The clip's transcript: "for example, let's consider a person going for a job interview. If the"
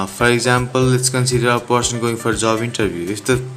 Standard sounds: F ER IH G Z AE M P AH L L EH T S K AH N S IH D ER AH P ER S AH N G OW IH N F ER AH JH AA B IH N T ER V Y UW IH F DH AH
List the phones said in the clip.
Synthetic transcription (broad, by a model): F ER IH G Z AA M P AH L L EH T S K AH N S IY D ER AH P ER S AH N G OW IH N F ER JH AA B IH N T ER B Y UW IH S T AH